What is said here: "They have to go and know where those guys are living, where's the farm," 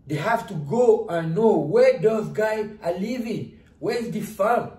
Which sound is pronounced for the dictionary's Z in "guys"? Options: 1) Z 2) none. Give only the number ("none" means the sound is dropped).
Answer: 2